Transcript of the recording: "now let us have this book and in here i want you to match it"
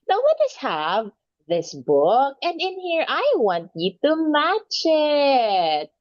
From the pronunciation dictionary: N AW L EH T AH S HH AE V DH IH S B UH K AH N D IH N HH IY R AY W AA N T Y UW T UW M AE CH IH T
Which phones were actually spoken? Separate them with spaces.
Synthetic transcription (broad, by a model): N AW W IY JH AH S HH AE V DH IH S B UH K AH N D IH N HH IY R AY W AA N T Y UW T UW M AE CH IH T